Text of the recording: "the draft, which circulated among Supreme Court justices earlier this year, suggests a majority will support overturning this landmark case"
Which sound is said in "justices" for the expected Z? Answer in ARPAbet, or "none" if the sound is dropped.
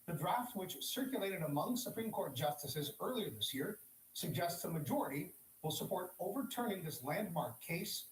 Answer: Z